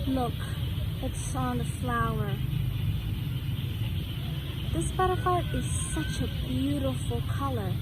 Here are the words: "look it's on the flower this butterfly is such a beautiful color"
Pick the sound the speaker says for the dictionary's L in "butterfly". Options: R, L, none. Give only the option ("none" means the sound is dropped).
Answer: none